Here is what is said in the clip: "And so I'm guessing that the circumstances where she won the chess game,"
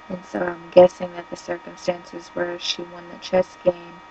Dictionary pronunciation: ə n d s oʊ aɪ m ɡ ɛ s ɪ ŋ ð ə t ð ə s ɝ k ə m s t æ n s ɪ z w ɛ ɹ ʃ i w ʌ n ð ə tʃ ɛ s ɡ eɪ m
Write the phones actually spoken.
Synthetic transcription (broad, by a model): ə n s oʊ aɪ m ɡ ɛ s ɪ ŋ ð ə t ð ə s ɝ k ə m s t æ n s ɪ z w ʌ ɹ ʃ i w ʌ n ð ə tʃ ɛ s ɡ eɪ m